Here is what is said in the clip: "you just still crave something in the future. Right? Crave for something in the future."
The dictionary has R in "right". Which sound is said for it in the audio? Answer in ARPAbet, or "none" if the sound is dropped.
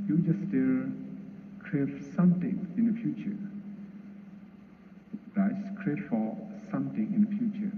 L